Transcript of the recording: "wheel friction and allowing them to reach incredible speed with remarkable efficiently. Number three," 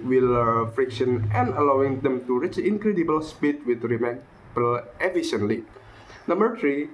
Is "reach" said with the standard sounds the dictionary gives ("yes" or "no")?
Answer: yes